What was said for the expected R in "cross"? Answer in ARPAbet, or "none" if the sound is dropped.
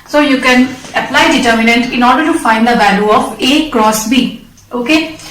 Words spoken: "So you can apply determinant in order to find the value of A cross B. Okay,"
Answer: R